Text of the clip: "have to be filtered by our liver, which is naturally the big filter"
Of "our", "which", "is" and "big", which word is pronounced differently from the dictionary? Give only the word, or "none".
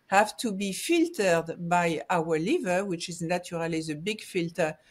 none